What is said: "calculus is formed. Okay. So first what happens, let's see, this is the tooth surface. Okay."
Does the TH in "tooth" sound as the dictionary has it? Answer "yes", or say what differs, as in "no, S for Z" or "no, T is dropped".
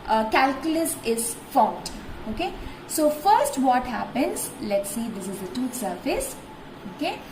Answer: no, T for TH